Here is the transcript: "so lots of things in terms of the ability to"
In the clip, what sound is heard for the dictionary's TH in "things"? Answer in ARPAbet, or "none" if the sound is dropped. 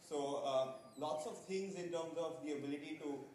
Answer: T